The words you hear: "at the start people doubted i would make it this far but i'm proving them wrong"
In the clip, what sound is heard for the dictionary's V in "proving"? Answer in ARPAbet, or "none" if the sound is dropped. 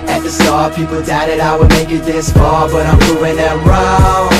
none